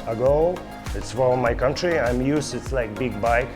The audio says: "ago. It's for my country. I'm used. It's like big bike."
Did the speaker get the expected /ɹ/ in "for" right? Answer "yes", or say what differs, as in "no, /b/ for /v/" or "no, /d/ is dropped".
no, /l/ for /ɹ/